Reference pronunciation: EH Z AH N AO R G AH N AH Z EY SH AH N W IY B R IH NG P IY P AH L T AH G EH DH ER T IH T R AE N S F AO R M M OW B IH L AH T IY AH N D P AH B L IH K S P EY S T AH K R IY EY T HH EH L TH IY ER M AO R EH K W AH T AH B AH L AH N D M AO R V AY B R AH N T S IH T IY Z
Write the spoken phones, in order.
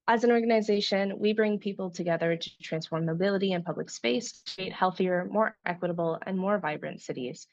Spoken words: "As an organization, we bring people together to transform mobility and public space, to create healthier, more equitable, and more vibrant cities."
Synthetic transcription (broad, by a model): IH Z AH N AO R G AH N AH Z EY SH AH N W IY B R IH NG P IY P L T AH G EH DH ER T IH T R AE N S F AO R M M OW B IH L AH T IY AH N P AH B L IH K S P EY S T K R IY EY T HH EH L TH IY ER M AO R EH K W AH T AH B L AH N M AO R V AY B R AH N T S IH T IY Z